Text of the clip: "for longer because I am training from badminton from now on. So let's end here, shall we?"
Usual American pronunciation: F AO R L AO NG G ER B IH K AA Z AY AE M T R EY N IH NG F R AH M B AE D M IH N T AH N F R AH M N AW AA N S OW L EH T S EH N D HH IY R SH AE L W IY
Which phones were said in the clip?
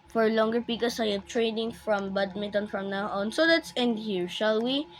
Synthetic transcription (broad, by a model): F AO R L AO NG G ER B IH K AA S AY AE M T R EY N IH NG F R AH M B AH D M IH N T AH N F R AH M N AW AA N S OW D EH T S EH N D HH IY R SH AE L W IY